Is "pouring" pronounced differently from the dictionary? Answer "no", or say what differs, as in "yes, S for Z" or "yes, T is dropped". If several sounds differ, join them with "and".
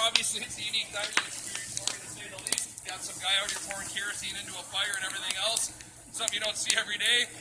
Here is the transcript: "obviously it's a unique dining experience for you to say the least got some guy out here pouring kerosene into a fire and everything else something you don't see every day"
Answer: yes, F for P